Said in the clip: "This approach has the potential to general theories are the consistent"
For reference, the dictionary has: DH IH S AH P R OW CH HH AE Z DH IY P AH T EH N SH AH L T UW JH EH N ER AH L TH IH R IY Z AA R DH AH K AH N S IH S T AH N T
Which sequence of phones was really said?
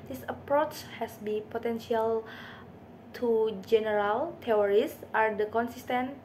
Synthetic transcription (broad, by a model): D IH S AH P R OW CH HH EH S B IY P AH T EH N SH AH L T UW JH EH N ER AH L T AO R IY S AA R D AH K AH N S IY S T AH N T